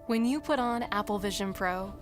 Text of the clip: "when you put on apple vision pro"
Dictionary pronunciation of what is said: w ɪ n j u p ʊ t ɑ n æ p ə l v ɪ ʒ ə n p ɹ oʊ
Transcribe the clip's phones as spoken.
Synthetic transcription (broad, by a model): w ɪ n j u p ʊ t n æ p l v ɪ ʒ ə n p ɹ oʊ